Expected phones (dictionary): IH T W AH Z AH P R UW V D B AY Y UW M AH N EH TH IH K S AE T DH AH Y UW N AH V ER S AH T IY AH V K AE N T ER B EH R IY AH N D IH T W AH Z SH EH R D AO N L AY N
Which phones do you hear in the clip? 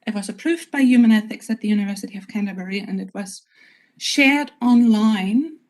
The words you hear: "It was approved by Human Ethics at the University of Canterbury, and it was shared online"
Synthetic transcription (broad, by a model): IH T W AH Z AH P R UW V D B AY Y UW M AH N EH TH IH K S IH T DH AH Y UW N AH V ER S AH T IY AH V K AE N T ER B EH R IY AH N IH T W AH Z SH EH R D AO N L AY N